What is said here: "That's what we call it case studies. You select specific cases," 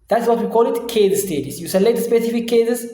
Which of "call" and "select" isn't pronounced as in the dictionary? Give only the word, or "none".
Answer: select